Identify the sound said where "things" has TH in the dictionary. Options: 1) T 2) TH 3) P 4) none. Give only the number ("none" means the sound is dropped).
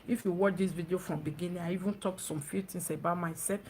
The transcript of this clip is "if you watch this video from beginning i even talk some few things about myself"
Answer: 1